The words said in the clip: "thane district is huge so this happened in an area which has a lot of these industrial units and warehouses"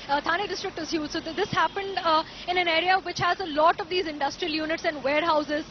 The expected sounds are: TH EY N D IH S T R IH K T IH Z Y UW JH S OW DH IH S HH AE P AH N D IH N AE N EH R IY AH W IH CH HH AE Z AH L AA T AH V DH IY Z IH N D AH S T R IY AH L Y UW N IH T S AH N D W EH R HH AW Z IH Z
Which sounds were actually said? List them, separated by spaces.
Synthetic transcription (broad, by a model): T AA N D IH S T R IH K T IH Z Y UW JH S OW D IH S HH AE P AH N D IH N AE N EH R IY AH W IH CH HH AE Z AH L AA T AH V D IY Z IH N D AH S T R IY AH L Y UW N IH T S AH N D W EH R HH AW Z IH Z